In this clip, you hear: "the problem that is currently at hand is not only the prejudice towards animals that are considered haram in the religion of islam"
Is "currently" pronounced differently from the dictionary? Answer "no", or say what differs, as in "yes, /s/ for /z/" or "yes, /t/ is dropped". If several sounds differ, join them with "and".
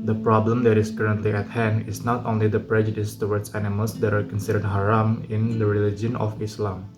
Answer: no